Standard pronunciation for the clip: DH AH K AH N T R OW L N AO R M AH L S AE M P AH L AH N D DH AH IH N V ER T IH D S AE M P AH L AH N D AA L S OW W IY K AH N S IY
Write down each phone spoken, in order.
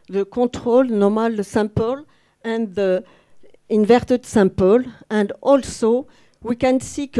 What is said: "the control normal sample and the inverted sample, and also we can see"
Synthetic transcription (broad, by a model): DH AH K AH T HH OW L N AO R M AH L S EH P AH L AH N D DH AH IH N V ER T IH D S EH P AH L AH N D AA L S OW W IY K AH N S IY